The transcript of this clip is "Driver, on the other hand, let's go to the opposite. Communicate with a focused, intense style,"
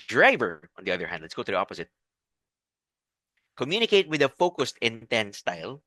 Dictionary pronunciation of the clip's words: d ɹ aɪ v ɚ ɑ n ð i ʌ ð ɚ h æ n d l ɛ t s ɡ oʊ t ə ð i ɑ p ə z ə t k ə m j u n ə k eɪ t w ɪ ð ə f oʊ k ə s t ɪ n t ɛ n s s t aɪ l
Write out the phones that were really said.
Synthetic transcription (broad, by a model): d ɹ aɪ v ɚ ɑ n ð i ʌ ð ɚ h æ n d l ɛ t s ɡ oʊ t ə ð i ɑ p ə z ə t k ə m j u n ə k eɪ t w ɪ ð ə f oʊ k ə s t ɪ n t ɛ n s s t aɪ l